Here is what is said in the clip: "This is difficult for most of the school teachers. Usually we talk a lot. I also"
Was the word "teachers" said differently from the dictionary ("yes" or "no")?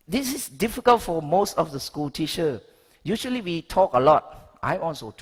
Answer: yes